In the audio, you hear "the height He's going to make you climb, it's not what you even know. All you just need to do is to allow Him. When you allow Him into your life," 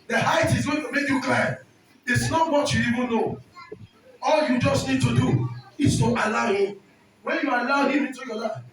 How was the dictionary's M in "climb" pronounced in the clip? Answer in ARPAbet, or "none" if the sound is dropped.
none